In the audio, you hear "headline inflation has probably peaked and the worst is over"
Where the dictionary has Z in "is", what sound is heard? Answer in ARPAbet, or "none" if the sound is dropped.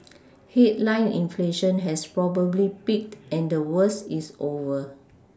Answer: S